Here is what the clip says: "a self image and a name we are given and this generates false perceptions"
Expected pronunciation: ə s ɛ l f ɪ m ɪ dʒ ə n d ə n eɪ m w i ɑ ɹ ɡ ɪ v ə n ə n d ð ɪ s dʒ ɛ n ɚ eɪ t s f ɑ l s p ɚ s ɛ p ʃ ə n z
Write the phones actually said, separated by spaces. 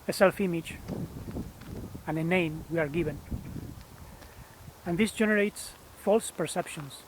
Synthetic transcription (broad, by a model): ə s ɛ l f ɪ m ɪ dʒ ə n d ə n eɪ m w i ɑ ɹ ɡ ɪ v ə n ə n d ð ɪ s dʒ ɛ n ɚ eɪ t s f ɑ l s p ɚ s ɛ p ʃ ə n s